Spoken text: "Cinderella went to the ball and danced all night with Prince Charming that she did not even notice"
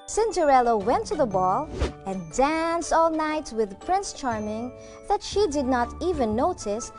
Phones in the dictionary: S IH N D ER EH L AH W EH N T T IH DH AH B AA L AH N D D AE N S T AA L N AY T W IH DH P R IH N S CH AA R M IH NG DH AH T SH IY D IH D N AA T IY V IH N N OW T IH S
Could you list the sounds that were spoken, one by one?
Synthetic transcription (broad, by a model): S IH N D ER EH L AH W EH N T T IH DH AH B AA L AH N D D AE N S T AA L N AY T W IH DH P R IH N S CH AA R M IH NG DH AH T SH IY D IH D N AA T IY V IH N N OW T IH S